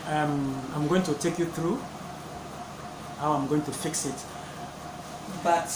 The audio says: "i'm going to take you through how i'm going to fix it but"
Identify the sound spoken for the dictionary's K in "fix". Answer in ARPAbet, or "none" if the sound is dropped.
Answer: K